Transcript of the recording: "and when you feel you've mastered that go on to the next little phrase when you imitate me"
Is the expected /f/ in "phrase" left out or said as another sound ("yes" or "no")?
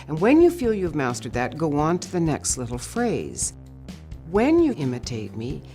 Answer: no